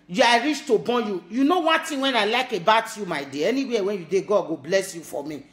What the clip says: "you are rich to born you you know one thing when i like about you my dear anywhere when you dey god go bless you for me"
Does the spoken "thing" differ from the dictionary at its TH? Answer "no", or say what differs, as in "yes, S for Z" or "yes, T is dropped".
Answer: yes, T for TH